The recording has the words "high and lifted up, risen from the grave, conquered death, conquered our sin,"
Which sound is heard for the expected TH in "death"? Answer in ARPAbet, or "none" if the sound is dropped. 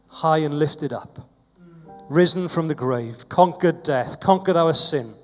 TH